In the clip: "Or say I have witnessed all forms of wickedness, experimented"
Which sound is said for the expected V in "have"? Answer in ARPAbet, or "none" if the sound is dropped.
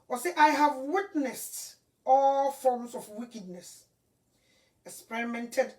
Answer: V